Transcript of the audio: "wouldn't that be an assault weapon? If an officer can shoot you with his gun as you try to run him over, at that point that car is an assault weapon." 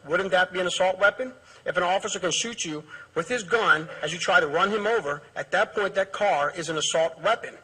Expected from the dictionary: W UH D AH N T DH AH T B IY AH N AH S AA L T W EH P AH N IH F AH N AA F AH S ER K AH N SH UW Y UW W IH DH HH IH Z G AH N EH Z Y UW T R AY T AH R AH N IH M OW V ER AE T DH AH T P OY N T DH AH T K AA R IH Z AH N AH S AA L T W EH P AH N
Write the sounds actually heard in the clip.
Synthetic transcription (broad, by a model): W UH D N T DH AH T B IY AH N AH S AA L T W EH P AH N IH F AH N AA F AH S ER K AH N SH UW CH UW W IH DH IH Z G AH N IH Z Y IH T R AY T AH R AH N IH M OW V ER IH T DH AH T P OY N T DH AH T K AA R IH Z AH N AH S AA L T W EH P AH N